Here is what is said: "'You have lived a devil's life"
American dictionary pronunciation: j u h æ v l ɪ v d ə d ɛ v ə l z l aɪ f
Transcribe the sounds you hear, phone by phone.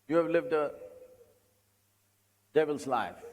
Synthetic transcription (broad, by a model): j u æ v l ɪ v d ə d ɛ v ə l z l aɪ f